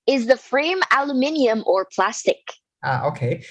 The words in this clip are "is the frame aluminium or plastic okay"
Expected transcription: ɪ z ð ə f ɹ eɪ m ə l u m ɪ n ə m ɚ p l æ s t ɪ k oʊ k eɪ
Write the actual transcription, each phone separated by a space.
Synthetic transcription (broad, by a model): ɪ z ð ə f ɹ eɪ m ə l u m ɪ n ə m ɚ p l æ s t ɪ k oʊ k eɪ